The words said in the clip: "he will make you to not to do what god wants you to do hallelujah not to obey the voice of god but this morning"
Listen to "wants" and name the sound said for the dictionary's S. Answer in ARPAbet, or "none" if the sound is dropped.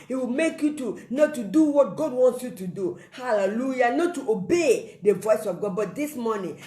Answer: S